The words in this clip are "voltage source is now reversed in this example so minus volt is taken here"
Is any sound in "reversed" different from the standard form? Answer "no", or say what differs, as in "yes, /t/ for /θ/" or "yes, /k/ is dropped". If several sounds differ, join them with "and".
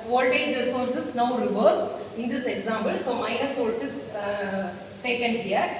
yes, /t/ is dropped